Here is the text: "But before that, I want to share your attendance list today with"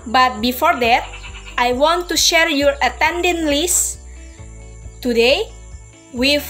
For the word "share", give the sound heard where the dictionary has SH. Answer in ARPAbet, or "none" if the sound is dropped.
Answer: SH